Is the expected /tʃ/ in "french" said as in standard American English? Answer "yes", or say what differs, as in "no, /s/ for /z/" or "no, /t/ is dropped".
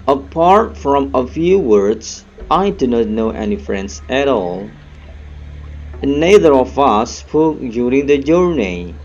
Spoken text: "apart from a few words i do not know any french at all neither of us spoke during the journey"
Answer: no, /s/ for /tʃ/